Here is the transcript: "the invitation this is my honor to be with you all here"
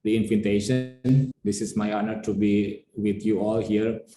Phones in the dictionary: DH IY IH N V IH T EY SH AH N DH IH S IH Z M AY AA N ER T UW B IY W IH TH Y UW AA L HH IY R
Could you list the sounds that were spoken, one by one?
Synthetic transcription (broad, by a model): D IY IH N F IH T EY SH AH N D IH S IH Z M AY AA N ER T UW B IY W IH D Y UW AA L HH IY R